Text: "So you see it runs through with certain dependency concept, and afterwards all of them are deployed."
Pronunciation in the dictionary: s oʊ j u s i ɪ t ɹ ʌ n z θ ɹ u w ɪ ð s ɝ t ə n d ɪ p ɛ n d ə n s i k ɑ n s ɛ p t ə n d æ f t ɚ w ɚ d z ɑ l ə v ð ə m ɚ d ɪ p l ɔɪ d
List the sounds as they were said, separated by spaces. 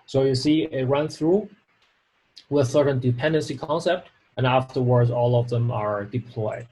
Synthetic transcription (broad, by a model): s oʊ j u s i ɪ t ɹ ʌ n θ ɹ u w ɪ ð s ɝ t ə n d ɪ p ɛ n d ə n s i k ɑ n s ɛ p t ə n æ f t ɚ w ɚ d z ɑ l ə v ð ə m ɚ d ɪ p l ɔɪ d